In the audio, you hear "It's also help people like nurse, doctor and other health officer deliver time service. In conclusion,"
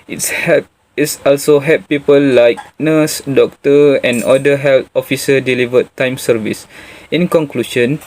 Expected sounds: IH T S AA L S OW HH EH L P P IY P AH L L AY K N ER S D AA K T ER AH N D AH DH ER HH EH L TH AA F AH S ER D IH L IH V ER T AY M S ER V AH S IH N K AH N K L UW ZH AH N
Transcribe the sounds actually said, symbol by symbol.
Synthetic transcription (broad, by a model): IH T S AA L S OW HH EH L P P IY P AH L L AY K N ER S D AA K T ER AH N D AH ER HH EH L T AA F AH S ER D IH L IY V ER T AY M S ER V AH S IH N K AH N K L UW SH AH N